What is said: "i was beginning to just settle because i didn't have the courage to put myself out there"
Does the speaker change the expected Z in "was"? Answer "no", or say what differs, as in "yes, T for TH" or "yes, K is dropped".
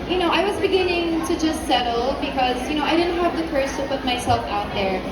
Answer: no